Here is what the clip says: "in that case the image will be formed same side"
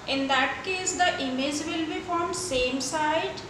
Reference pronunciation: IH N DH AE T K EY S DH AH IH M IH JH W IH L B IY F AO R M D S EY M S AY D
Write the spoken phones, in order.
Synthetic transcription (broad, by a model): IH N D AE T K EY S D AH IH M IH JH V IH L B IY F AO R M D S EY M S AY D